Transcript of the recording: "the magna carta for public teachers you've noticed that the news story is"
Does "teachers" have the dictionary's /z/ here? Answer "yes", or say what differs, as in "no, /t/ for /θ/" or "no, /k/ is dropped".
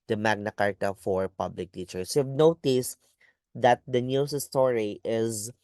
no, /s/ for /z/